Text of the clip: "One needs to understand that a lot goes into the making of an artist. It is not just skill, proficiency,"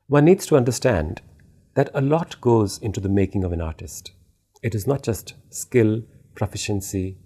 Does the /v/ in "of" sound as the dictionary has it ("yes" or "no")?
yes